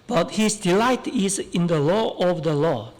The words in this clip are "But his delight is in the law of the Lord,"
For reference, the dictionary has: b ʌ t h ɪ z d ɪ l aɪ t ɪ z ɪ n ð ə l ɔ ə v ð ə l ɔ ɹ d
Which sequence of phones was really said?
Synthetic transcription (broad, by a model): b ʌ t h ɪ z d ɪ l aɪ t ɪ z ɪ n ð ə l ɔ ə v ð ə l ɔ